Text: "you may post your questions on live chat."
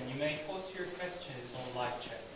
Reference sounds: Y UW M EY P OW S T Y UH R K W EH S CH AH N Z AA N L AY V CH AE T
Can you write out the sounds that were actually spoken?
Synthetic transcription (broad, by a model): Y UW M EY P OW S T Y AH R K W EH S CH AH N Z N L AY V CH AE